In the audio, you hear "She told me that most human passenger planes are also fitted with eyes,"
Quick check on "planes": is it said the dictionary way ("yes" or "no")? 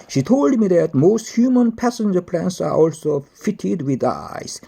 no